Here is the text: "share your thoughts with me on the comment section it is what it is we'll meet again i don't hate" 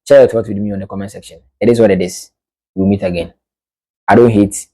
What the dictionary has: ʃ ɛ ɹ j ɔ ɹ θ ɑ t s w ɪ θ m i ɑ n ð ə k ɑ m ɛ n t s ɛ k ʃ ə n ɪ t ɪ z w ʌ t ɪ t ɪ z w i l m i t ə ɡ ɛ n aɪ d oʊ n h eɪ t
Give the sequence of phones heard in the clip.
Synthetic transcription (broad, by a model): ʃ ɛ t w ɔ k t w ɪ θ m i ɑ n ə k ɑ m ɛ n s ɛ k ʃ ə n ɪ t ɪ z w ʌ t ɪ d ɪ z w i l m i t ə ɡ ɛ n aɪ d oʊ n h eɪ t